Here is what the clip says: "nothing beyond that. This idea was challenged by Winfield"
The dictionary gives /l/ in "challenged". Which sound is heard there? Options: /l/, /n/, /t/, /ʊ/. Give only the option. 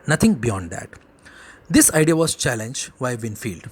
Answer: /l/